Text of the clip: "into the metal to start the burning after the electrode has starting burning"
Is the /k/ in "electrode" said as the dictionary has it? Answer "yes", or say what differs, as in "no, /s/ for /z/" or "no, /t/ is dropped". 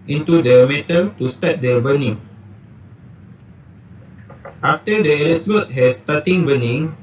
no, /k/ is dropped